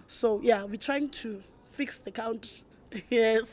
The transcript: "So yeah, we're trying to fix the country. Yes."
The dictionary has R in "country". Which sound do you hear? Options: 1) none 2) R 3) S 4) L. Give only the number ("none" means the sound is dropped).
1